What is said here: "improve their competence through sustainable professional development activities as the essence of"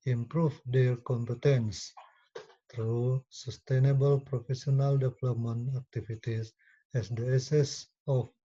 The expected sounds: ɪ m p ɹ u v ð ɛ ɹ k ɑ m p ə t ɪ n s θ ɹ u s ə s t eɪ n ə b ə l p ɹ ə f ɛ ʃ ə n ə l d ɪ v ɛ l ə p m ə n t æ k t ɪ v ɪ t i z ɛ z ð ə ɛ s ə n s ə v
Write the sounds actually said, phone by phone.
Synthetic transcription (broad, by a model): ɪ m p ɹ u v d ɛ ɹ k ɑ m p ə t ɪ n s t ɹ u s ə s t eɪ n ə b ə l p ɹ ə f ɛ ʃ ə n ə l d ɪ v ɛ l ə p m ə n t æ k t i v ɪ t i s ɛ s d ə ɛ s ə s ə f